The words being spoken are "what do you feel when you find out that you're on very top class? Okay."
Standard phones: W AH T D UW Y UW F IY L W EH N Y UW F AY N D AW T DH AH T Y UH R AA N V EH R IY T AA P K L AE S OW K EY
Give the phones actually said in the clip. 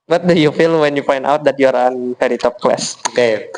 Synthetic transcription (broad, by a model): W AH T D UW Y UW F IY L W EH N Y UW F AY N D AW T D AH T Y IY R AA N F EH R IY T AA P K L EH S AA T